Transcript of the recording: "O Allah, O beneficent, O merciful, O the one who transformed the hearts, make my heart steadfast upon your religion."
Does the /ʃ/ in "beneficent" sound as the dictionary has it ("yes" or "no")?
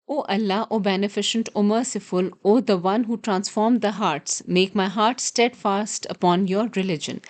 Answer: yes